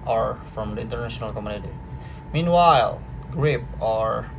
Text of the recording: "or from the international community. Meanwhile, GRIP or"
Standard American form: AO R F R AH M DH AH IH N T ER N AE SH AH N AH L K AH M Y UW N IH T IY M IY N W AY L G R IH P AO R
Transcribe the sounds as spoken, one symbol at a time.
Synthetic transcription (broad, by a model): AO R F R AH M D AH IH N T ER N AE SH AH N AH L K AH M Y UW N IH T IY M IY N W AY L G R IH P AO R